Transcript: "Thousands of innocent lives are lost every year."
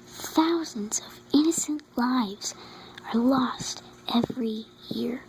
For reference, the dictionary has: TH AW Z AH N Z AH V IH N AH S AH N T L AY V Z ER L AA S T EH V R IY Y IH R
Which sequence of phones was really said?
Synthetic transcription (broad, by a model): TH AW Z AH N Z AH V IH N AH S AH N T L AY V Z ER L AA S T EH V R IY Y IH R